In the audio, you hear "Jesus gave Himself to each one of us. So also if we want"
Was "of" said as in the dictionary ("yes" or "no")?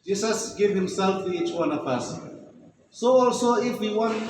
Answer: no